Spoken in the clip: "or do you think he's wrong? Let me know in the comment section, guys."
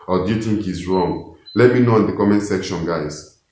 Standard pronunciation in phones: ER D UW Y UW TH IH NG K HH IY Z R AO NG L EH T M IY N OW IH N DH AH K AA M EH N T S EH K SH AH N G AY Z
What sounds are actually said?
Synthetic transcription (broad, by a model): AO D UW Y UW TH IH NG K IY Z R AO NG L EH T M IY N OW IH N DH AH K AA M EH N S EH K SH AH N G AY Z